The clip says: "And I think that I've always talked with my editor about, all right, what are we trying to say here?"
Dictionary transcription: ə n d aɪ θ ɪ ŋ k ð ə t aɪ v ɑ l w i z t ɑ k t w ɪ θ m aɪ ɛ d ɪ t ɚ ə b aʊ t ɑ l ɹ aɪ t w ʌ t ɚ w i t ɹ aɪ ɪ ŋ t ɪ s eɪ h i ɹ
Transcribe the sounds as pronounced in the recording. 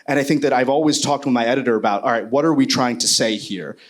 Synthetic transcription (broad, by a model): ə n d aɪ θ ɪ ŋ k ð ə t aɪ v ɑ l w i z t ɑ k t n m aɪ ɛ d ɪ t ɚ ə b aʊ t ɑ l ɹ aɪ t w ʌ t ɚ w i t ɹ aɪ ɪ ŋ t ɪ s eɪ h i ɹ